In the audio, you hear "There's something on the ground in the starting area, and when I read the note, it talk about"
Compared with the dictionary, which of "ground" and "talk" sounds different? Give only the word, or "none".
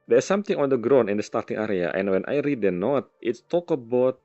ground